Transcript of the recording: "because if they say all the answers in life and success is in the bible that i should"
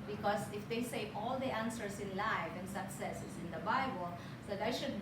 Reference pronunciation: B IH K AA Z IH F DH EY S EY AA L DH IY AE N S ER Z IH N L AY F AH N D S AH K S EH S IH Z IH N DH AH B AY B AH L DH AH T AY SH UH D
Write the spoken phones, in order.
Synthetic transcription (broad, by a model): B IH K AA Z IH F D EY S EY AA L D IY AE N S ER S IH N L AY F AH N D S AH K S EH S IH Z IH N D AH B AY B AH L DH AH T AY SH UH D